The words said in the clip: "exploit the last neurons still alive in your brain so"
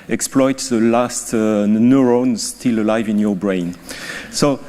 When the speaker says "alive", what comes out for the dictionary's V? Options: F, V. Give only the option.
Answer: V